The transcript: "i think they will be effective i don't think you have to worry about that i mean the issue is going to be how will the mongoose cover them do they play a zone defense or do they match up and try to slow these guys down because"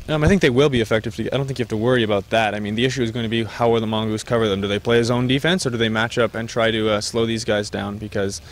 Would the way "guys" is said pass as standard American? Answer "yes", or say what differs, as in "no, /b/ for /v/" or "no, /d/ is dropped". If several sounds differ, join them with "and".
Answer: yes